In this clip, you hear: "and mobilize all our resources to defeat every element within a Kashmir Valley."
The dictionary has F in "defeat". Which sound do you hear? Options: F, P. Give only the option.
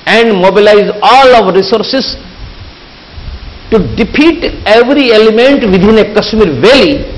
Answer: P